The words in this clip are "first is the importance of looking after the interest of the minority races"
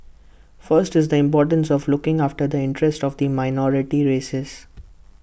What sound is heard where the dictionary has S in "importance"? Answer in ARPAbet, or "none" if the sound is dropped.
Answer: S